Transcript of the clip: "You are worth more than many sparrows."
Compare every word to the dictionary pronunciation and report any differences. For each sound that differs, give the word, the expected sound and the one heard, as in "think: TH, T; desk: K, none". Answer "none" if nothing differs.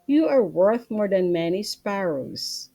none